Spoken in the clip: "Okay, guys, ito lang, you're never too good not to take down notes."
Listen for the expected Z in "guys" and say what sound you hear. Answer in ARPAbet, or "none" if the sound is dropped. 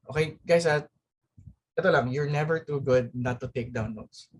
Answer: S